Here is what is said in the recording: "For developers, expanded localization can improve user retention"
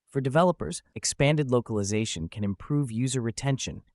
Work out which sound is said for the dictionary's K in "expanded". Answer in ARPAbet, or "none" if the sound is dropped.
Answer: K